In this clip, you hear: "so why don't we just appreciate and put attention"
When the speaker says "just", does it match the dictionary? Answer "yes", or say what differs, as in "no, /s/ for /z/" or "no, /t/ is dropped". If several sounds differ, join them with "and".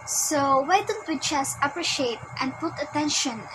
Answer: no, /tʃ/ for /dʒ/